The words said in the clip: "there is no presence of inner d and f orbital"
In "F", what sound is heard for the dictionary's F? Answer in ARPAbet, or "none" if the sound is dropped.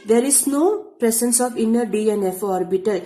F